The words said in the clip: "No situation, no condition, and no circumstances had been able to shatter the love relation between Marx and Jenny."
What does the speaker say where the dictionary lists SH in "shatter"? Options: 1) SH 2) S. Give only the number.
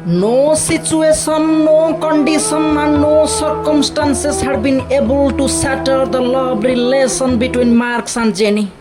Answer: 2